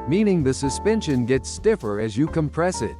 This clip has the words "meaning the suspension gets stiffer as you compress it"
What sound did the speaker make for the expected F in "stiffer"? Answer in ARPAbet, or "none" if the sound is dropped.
F